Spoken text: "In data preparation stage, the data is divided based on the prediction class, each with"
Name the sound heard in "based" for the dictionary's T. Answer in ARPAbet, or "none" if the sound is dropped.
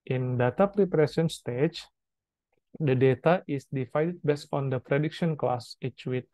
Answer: none